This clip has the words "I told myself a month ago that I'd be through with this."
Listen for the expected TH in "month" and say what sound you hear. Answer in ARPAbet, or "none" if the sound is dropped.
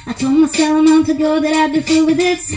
T